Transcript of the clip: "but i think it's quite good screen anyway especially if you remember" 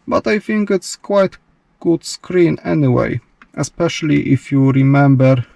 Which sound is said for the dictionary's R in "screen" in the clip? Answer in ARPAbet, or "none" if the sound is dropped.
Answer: R